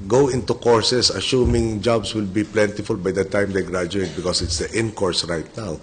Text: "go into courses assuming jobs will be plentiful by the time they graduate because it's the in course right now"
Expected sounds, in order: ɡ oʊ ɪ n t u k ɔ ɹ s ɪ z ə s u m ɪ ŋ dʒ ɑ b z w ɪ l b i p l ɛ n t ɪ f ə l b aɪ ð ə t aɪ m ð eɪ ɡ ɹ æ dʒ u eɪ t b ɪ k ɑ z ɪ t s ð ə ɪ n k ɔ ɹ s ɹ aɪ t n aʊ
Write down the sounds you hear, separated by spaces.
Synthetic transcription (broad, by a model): ɡ oʊ ɪ n t u k ɔ ɹ s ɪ s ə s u m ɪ ŋ dʒ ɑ b s w ɪ l b i p l ɛ n t ɪ f ə l b aɪ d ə t aɪ m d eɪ ɡ ɹ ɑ dʒ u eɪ t b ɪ k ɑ s ɪ t s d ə ɪ n k ɔ ɹ s ɹ aɪ t n aʊ